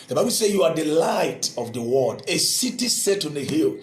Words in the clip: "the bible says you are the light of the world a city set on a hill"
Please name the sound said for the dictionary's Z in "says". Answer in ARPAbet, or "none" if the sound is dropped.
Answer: none